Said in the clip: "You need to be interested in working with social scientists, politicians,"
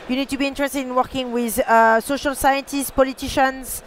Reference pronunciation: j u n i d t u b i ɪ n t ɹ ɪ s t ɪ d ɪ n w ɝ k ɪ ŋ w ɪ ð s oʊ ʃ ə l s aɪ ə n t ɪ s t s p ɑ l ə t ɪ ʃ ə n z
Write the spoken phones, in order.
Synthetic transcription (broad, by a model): j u n i d t u b i ɪ n t ɹ ɪ s t ɪ d ɪ n w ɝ k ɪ ŋ w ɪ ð s oʊ ʃ ə l s aɪ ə n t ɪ s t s p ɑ l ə t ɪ ʃ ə n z